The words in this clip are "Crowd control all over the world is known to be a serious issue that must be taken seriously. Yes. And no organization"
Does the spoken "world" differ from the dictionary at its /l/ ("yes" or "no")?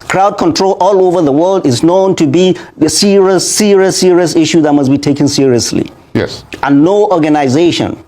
no